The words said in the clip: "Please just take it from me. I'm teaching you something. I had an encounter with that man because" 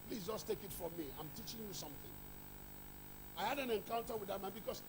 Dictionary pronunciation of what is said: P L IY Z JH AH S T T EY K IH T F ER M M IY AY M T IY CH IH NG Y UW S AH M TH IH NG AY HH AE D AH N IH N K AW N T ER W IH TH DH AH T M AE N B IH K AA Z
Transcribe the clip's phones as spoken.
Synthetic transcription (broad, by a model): P L IY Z JH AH S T T EY K IH T F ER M M IY AY M T IY CH IH NG Y UW S AH M TH IH NG AY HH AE D AH N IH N K AW N T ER W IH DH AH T M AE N B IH K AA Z